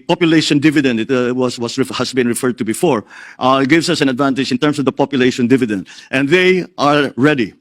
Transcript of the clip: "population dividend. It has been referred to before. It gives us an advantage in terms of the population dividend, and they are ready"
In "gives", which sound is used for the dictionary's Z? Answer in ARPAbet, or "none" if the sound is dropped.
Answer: S